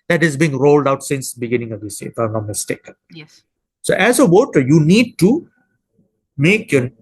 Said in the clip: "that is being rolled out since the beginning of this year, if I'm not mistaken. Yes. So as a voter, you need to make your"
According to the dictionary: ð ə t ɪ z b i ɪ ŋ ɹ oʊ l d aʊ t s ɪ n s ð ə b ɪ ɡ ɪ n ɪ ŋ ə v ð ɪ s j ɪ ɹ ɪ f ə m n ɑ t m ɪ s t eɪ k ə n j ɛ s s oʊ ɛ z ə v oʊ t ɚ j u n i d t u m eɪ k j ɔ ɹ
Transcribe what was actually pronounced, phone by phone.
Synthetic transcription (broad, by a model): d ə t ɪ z b i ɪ ŋ ɹ oʊ l d aʊ t s ɪ n s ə b ɪ ɡ ɪ n ɪ ŋ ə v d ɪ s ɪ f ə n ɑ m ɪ s t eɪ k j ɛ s s oʊ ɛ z ə w oʊ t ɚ j u n i d t u m eɪ k j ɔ